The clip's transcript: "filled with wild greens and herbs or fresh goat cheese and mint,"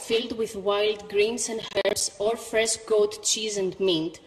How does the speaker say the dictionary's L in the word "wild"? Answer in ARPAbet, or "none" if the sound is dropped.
L